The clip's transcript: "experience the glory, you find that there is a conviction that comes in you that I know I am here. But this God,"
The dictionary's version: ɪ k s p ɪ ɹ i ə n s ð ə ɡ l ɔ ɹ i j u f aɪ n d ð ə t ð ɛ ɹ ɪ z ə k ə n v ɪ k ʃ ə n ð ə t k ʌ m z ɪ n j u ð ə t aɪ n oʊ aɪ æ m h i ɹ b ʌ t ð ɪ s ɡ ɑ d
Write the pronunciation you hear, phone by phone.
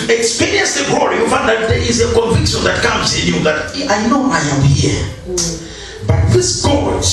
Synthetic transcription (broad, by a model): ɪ k s p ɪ ɹ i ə n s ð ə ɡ ɔ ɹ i j u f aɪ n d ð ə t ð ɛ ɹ ɪ z ə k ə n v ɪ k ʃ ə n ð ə t k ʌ m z ɪ n j u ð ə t aɪ n oʊ aɪ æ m h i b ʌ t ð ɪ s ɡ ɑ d